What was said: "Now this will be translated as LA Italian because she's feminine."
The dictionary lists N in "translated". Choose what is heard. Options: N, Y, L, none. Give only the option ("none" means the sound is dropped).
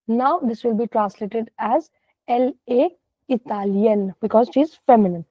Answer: N